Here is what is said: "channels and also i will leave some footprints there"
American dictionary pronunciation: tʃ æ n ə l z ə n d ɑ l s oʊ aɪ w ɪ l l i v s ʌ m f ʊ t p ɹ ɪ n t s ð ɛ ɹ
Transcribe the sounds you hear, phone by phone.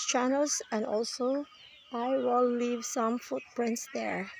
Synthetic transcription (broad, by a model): tʃ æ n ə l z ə n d ɑ l s oʊ aɪ w ɪ l l i v s ʌ m f ʊ t p ɹ ɪ n t s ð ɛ ɹ